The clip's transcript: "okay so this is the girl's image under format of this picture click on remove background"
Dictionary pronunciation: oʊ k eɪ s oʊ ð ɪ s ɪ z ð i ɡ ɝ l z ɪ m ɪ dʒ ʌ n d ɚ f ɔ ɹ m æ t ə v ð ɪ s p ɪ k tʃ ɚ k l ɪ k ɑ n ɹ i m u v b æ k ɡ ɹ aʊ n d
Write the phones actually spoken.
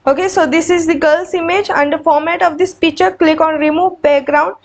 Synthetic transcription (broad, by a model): oʊ k eɪ s oʊ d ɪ s ɪ z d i ɡ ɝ l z ɪ m ɪ dʒ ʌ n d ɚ f ɔ ɹ m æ t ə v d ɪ s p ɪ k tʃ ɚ k l ɪ k ɑ n ɹ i m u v b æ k ɡ ɹ aʊ n d